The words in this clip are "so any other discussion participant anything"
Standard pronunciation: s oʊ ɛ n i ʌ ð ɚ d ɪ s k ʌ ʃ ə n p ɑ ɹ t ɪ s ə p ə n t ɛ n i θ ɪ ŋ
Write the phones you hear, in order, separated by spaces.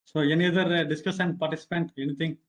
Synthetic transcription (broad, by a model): s oʊ ɛ n i ʌ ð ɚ d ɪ s k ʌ s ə n p ɑ ɹ t ɪ s ə p ə n t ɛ n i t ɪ ŋ